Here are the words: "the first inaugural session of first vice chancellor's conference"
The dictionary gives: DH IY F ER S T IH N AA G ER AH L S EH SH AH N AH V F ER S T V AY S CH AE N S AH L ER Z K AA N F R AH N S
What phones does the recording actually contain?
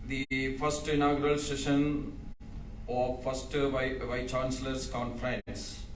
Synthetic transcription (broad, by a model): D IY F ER S T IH N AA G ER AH L S EH SH AH N AH V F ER S T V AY CH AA N S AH L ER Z K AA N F R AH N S